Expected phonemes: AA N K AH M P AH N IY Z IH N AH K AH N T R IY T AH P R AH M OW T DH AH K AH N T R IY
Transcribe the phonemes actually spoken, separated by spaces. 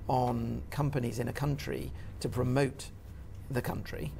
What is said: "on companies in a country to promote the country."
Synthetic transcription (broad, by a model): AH N K AH M P AH N IY Z IH N AH K AH N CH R IY T AH P R AH M OW T DH AH K AH N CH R IY